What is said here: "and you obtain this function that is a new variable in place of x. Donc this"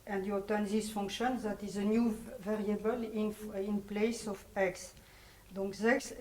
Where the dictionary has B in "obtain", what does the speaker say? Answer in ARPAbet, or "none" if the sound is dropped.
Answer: none